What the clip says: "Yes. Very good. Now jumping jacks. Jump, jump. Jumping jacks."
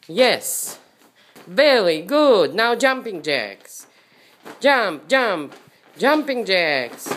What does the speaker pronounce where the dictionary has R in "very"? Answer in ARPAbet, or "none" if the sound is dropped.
L